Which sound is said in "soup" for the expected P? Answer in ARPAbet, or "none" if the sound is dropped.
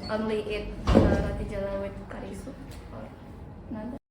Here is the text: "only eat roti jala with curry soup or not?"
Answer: none